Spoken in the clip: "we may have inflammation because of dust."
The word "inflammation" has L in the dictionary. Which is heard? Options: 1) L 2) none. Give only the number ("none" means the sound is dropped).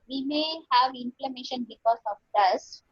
1